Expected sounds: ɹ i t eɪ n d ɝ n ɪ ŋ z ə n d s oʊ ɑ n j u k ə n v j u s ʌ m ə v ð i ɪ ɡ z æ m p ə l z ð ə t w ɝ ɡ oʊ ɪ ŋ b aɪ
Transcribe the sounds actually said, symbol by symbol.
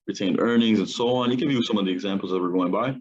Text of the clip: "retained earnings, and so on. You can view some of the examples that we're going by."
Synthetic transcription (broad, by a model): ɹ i t eɪ n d ɝ n ɪ ŋ z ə n s oʊ ɑ n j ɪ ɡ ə v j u s ʌ m ə v ð i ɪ ɡ z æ m p l z ð ə t w ɝ ɡ oʊ ɪ ŋ b aɪ